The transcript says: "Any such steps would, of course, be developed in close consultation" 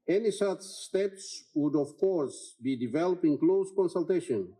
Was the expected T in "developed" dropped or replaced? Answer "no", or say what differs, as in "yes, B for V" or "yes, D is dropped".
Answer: yes, T is dropped